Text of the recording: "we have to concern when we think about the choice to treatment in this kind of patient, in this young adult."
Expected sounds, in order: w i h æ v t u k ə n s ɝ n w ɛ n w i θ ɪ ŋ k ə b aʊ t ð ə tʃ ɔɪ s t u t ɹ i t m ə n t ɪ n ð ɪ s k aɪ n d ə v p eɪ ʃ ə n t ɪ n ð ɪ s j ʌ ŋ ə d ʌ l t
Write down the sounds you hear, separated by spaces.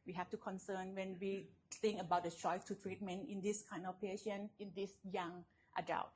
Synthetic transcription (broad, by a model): w i h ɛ f t u k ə n s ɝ n w ɛ n w i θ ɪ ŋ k ə b aʊ t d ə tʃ ɔɪ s t u t ɹ i t m ə n t ɪ n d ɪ s k aɪ n d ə f p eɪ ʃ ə n ɪ n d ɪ s j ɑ ŋ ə d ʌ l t